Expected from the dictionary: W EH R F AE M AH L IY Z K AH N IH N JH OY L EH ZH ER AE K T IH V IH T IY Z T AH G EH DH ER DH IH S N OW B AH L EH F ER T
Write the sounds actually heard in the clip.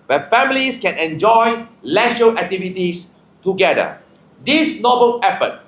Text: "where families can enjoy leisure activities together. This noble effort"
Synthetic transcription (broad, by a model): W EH F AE M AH L IY S K AH N IH N JH OY L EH SH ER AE K T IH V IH T IY S T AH G EH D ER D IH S N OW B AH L EH F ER T